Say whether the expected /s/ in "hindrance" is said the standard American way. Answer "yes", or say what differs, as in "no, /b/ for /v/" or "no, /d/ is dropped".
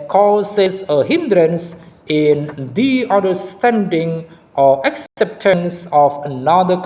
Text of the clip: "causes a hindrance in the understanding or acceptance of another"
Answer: yes